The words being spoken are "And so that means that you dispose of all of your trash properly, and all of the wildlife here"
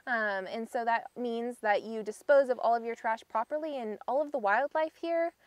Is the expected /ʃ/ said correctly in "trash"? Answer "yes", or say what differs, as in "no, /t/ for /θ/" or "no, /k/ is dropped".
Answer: yes